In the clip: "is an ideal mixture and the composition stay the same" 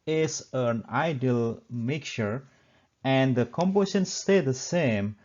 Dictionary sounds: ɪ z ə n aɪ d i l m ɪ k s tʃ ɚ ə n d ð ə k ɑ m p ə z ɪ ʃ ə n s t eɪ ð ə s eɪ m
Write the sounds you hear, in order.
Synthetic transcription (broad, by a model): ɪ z ə n aɪ d i l m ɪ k tʃ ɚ ə n d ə k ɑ m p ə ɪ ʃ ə n s t eɪ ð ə s eɪ m